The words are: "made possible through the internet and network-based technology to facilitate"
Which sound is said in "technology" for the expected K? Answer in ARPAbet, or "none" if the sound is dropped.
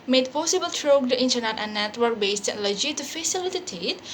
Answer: none